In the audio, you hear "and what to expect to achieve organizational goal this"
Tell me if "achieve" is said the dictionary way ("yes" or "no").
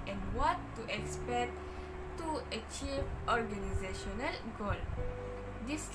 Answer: yes